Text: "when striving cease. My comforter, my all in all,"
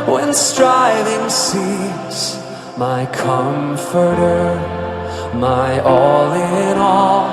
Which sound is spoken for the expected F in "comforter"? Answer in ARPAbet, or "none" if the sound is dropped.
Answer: F